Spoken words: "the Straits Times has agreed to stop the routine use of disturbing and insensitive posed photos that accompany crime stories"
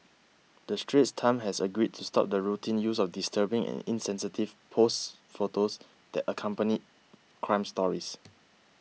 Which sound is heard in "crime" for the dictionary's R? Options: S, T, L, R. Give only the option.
R